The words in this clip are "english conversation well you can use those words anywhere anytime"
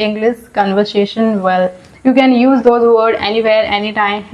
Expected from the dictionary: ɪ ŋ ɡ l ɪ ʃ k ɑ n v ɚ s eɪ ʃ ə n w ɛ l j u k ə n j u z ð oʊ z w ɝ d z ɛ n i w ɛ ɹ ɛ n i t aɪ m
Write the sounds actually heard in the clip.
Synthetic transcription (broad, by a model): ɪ ŋ ɡ l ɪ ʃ k ɑ n v ɚ s eɪ ʃ ə n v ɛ l j u k ə n j u z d oʊ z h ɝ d ɛ n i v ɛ ɹ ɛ n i t aɪ m